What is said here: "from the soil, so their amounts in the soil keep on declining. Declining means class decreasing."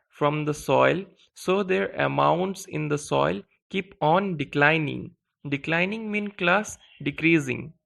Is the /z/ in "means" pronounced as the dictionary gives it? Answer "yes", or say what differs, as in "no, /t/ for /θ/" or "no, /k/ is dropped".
no, /z/ is dropped